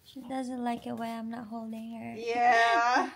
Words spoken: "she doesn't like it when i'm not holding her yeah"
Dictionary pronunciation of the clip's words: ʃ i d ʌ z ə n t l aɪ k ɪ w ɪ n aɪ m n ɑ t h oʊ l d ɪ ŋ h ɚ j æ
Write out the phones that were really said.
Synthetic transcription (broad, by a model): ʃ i d ʌ z ə n t l aɪ k ɪ w ɪ aɪ m n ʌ t h oʊ l d ɪ ŋ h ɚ j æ